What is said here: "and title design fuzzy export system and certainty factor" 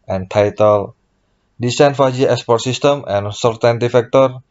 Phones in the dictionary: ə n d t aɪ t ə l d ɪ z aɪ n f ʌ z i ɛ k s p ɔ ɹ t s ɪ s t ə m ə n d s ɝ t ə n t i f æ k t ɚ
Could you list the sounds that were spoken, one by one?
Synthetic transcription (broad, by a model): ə n t aɪ t ə l d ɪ s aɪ n f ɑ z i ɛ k s p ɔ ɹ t s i s t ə m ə n s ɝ t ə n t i f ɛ k t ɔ